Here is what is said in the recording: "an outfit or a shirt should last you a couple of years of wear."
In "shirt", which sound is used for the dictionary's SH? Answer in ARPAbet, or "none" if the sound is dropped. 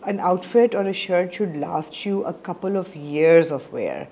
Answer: SH